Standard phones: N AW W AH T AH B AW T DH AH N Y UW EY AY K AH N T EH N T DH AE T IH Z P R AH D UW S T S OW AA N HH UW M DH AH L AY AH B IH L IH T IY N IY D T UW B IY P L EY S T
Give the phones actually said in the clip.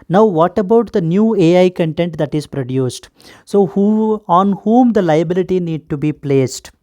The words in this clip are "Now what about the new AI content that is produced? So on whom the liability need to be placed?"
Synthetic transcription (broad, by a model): N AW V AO T AH B AW T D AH N Y UW EY AY K AH N T EH N T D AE T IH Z P R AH D UW S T S OW AA N HH UW M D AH L AY AH B IH L IH T IY N IY D T UW B IY P L EY S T